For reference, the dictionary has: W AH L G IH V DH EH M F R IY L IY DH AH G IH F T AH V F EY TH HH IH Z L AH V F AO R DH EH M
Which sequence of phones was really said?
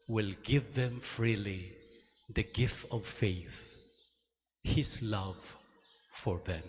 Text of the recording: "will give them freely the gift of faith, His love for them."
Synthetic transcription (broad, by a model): W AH L G IH V DH EH M F R IY L IY DH AH G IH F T AH V F EY TH HH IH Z L AH V F AO R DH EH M